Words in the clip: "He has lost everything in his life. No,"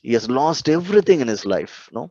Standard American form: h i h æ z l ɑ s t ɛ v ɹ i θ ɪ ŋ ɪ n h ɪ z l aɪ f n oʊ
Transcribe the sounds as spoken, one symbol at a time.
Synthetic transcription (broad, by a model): h i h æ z l ɑ s t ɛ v ɹ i t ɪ ŋ ɪ n h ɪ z l aɪ f n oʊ